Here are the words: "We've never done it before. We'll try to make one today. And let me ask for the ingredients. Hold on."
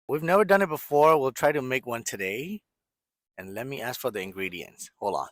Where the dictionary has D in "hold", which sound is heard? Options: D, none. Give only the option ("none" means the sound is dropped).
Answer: none